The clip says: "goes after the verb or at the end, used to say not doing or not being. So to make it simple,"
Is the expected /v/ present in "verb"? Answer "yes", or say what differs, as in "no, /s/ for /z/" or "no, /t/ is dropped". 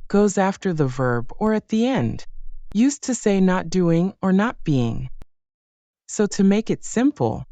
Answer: yes